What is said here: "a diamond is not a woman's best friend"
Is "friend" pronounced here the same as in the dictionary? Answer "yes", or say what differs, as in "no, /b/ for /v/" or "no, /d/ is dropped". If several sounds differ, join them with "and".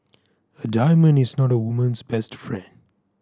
yes